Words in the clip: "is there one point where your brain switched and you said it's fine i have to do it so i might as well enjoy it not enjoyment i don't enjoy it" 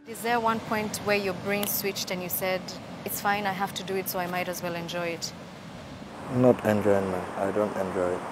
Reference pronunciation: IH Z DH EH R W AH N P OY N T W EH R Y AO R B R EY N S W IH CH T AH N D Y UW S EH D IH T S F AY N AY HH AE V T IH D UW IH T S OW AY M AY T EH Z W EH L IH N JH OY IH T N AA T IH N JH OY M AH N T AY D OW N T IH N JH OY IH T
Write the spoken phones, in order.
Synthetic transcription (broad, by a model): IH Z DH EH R W AH N P OY N T W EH R Y AO R B R EY N S W IH CH T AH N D Y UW S EH D IH T S F AY N AY HH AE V T IH D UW IH T S OW AY M AY T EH Z W EH L IH N JH OY IH T N AA T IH N JH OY M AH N AY D OW N T IH N JH OY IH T